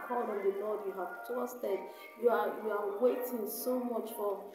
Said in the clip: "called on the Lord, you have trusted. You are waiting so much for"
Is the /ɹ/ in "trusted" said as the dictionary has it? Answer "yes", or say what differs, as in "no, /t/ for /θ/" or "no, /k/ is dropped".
no, /ɹ/ is dropped